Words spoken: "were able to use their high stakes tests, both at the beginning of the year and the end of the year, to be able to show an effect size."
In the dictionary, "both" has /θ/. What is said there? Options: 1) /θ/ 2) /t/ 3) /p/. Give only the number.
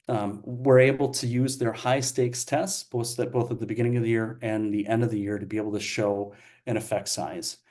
1